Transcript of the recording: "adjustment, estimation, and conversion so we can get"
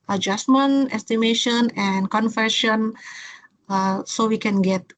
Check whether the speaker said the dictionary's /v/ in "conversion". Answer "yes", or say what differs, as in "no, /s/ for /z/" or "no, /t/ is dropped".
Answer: no, /f/ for /v/